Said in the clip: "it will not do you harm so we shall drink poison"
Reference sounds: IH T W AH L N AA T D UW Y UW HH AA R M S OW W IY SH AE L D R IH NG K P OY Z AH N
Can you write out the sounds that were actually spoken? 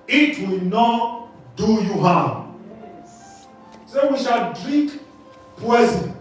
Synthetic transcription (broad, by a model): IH T W AH L N AA T D UW Y UW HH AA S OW W IY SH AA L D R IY K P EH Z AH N